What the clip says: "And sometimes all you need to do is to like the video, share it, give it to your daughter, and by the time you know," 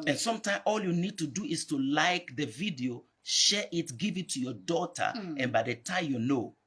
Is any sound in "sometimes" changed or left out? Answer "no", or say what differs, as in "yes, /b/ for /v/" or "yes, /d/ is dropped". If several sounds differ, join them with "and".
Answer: yes, /z/ is dropped